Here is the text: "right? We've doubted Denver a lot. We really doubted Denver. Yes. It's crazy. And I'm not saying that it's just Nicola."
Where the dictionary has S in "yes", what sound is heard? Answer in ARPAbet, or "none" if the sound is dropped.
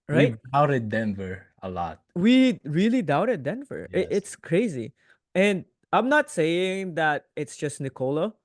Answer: none